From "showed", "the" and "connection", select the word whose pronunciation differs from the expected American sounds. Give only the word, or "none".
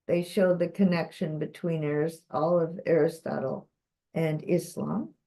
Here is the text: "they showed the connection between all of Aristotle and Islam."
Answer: none